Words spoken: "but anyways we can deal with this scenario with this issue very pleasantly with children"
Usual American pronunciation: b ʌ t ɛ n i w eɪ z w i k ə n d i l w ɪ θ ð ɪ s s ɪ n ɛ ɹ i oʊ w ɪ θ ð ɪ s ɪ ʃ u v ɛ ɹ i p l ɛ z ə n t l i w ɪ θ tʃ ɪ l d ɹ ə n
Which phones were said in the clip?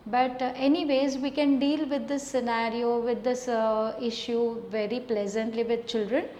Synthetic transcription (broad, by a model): b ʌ t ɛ n i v eɪ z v i k ə n d i l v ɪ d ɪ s s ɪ n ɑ ɹ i oʊ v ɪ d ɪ s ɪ ʃ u v ɛ ɹ i p l ɛ z ə n t l i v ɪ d tʃ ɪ l d ɹ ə n